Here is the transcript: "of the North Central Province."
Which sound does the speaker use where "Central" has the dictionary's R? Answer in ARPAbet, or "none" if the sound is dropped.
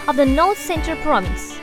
none